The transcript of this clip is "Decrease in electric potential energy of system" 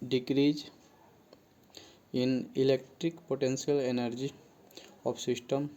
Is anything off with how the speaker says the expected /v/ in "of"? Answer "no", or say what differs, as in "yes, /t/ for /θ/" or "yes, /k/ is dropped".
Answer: yes, /p/ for /v/